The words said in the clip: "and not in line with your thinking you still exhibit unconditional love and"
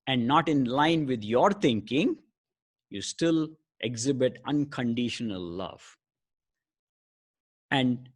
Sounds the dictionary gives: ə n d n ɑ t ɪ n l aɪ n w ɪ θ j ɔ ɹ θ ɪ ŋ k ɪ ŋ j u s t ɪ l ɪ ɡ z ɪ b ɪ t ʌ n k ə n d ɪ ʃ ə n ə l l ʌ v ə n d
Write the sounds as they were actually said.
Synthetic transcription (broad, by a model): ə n d n ɑ t ɪ n l aɪ n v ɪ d j ɔ ɹ t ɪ ŋ k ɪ ŋ j u s t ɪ l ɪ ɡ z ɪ b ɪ t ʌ n k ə n d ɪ ʃ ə n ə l l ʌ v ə n d